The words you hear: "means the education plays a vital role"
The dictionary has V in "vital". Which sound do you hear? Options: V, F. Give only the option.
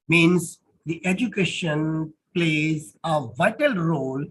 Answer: V